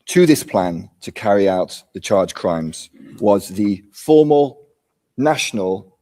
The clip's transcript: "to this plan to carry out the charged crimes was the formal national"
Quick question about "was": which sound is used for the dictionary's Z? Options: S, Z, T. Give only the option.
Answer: Z